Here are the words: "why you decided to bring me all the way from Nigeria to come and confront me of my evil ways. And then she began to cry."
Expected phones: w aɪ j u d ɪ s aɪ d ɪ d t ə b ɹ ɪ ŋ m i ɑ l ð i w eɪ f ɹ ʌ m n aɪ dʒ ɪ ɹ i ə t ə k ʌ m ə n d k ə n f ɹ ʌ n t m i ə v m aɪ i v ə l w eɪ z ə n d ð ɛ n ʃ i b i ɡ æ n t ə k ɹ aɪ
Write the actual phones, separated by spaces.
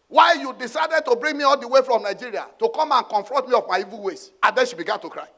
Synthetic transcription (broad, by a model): w aɪ j u d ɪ s aɪ d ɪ d t ə b ɹ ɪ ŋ m i ɑ l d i w eɪ f ɹ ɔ m n aɪ dʒ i ɹ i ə t ə k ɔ m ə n k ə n f ɹ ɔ n t m i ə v m aɪ i v ə l w eɪ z ə n d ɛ n ʃ i b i ɡ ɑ n t ə k ɹ aɪ